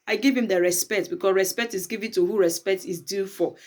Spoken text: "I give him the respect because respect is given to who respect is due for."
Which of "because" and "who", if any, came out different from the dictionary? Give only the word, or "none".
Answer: because